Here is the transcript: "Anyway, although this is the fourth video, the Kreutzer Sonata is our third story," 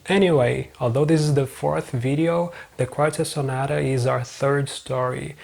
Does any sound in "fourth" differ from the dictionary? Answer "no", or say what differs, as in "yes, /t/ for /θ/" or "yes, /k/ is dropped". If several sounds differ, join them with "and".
no